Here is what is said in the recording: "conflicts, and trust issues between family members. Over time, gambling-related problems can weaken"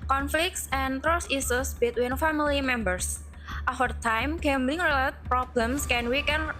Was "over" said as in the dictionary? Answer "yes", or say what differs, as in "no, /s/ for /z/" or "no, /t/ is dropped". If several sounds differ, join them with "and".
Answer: no, /f/ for /v/